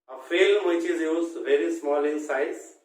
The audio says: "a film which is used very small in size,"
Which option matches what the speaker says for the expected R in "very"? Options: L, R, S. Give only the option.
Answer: R